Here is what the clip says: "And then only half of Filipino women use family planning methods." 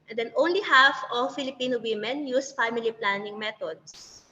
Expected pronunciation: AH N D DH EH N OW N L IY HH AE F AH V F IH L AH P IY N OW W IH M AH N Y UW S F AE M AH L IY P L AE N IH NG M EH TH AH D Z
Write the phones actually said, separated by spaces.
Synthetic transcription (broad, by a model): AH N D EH N OW N L IY HH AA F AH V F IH L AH P IY N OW W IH M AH N Y UW S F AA M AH L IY P L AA N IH NG M EH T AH D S